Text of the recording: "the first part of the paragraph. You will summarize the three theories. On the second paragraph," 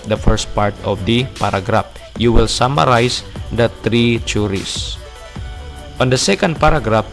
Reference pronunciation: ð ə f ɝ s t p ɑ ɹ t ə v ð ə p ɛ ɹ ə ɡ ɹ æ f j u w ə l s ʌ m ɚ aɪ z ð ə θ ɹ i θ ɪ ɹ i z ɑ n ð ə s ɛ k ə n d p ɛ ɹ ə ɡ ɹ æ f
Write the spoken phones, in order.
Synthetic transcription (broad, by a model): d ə f ɝ s t p ɑ ɹ t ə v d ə p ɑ ɹ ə ɡ ɹ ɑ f j u w ə l s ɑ m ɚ aɪ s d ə t ɹ i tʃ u ɹ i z ɑ n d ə s ɛ k ə n d p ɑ ɹ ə ɡ ɹ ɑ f